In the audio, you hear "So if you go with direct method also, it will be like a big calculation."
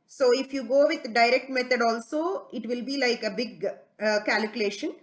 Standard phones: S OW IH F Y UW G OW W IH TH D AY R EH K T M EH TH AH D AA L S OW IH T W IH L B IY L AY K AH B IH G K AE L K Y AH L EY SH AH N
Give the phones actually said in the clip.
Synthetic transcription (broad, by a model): S OW IH F Y UW G OW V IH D D AY R EH K T M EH T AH D AA L S OW IH T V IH L B IY L AY K AH B IH G K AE L K Y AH L EY SH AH N